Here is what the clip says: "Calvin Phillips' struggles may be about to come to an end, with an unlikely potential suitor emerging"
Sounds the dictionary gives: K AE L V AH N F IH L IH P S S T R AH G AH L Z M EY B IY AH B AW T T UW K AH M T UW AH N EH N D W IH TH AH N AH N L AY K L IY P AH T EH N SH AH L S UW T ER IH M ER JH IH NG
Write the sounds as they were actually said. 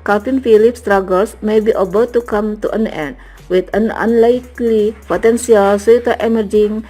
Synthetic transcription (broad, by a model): K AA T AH N F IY L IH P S S T R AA G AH L S M EY B IY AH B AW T T UW K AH M T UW AH N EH N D W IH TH AH N AH N L AY K L IY P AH T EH N S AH L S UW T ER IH M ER JH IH NG